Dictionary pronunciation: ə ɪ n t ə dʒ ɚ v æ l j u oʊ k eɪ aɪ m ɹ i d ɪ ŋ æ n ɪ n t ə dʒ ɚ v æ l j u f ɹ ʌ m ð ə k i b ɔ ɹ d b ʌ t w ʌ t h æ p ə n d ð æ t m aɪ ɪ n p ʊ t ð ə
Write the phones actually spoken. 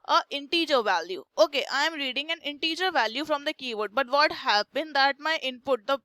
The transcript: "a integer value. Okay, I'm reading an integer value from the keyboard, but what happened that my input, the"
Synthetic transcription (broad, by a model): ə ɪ n t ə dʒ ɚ v æ l j u oʊ k eɪ aɪ m ɹ i d ɪ ŋ æ n ɪ n t ə dʒ ɚ v æ l j u f ɹ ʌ m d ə k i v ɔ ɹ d b ʌ t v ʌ t h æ b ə n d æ t m aɪ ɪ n p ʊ t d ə